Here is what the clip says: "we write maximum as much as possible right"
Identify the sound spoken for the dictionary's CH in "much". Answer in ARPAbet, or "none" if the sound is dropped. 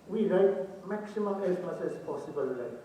S